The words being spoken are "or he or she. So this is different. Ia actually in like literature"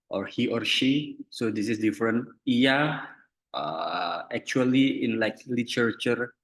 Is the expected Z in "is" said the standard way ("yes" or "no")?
no